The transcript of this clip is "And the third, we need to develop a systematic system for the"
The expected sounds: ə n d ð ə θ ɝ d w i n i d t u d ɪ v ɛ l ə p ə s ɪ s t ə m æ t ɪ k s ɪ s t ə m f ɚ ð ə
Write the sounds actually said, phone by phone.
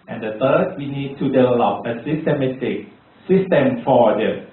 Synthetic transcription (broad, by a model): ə n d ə t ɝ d w i n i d t u d ɪ v ɛ l ə p ə s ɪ s t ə m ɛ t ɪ k s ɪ s t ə m f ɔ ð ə